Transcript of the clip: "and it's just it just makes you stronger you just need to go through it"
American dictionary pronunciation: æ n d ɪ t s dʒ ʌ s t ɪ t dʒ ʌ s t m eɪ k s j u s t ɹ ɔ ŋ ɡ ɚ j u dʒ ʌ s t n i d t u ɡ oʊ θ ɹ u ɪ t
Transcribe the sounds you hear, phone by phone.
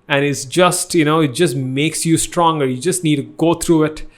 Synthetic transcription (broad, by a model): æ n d ɪ t s dʒ ʌ s t ɪ t dʒ ʌ s t m eɪ k s j u s t ɹ ɔ ŋ ɡ ɚ j u dʒ ʌ s t n i d t u ɡ oʊ t ɹ u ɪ t